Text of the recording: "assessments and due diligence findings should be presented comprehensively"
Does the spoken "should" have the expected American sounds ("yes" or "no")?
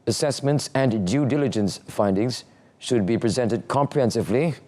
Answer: yes